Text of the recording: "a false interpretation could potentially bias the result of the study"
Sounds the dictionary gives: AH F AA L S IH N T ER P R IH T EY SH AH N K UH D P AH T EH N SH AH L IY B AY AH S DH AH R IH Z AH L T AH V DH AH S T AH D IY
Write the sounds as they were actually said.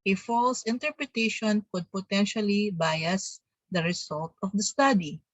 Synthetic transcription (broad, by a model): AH F AA L S IH N T ER P R IH T EY SH AH N K UH D P AH T EH N SH AH L IY B AY AH S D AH R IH S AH L T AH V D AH S T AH D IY